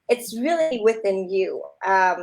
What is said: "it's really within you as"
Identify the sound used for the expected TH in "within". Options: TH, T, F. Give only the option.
TH